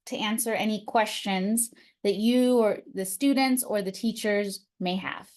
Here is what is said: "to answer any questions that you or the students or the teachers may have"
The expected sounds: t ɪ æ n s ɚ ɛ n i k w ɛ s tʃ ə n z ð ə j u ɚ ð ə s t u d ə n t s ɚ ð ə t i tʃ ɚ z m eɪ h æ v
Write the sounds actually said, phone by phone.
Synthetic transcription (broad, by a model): t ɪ æ n s ɚ ɛ n i k w ɛ s tʃ ə n z ð ə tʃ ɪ ɚ ð ə s t u d n t s ɚ ð ə t i tʃ ɚ z m eɪ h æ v